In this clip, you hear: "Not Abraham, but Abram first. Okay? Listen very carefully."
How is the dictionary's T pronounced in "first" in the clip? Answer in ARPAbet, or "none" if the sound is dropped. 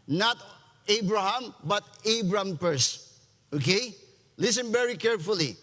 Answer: none